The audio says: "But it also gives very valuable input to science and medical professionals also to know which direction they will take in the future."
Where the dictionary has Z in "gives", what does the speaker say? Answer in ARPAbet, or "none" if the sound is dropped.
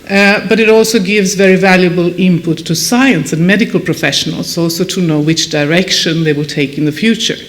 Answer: Z